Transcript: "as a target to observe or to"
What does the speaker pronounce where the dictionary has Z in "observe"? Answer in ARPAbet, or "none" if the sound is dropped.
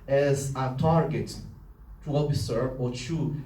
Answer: S